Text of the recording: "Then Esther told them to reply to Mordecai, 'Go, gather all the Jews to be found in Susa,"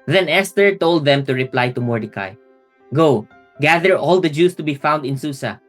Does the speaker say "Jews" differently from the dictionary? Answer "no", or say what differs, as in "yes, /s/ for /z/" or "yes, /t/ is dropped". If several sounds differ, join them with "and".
yes, /s/ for /z/